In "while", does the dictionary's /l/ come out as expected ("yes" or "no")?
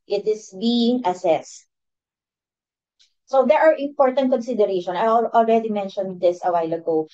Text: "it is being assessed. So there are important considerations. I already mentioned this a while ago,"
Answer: yes